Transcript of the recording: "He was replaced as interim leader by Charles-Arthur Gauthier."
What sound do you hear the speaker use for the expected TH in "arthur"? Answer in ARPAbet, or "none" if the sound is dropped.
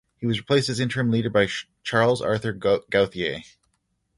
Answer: TH